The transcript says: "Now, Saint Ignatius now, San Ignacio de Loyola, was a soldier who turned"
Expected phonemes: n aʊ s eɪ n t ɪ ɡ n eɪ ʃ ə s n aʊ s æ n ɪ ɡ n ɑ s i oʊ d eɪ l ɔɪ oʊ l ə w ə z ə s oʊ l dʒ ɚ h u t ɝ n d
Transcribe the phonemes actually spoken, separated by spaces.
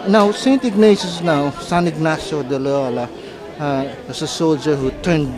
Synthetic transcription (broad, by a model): n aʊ s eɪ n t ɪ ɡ n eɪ s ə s n aʊ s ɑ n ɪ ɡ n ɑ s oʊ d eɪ l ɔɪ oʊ l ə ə s ə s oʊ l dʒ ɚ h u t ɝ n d